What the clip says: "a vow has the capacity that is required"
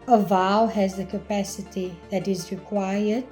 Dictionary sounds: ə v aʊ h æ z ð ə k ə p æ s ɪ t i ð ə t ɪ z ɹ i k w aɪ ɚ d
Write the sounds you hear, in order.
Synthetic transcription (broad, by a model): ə v aʊ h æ z ð ə k ə p æ s ɪ t i ð ə t ɪ z ɹ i k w aɪ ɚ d